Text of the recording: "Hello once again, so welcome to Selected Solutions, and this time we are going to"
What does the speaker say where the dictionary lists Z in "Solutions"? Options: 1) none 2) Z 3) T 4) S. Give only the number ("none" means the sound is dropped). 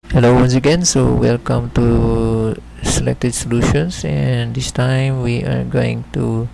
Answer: 4